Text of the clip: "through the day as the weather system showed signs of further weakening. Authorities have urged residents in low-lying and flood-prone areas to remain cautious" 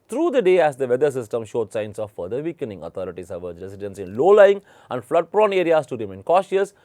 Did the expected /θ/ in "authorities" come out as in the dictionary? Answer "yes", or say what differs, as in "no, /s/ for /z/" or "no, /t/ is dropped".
no, /t/ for /θ/